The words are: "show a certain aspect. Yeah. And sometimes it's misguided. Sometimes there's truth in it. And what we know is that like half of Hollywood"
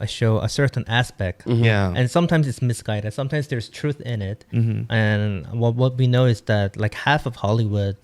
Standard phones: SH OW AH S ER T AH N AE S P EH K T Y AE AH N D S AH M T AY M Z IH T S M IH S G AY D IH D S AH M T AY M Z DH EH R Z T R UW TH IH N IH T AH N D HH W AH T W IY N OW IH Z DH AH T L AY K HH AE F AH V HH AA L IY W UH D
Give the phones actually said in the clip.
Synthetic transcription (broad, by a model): SH OW AH S ER T N AE S P EH K T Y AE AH N S AH M T AY M Z IH T S M IH S G AY D IH D S AH M T AY M Z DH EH R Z T R UW TH IH N IH T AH N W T W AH T W IY N OW IH Z DH AH T L AY K HH AE F AH V HH AA L IY W UH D